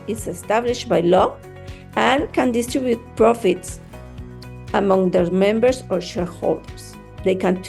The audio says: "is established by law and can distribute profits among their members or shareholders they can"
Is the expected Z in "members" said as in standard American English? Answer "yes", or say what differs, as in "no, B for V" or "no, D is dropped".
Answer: no, S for Z